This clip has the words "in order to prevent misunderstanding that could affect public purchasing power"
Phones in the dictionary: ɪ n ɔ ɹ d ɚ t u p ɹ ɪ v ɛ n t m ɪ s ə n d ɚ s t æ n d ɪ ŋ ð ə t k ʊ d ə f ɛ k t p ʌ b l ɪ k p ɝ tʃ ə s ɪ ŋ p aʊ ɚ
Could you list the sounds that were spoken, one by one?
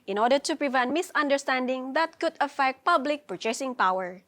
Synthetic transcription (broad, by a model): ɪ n ɔ ɹ d ɚ t u p ɹ ɪ v ɛ n t m ɪ s ə n d ɚ s t æ n d ɪ ŋ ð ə t k ʊ d ə f ɛ k t p ʌ b l ɪ k p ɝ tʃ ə s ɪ ŋ p aʊ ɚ